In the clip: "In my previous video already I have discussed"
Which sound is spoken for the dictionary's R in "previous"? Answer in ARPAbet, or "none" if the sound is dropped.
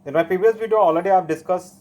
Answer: none